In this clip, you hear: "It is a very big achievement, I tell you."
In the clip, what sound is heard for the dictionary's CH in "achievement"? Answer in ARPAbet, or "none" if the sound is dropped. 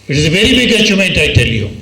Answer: S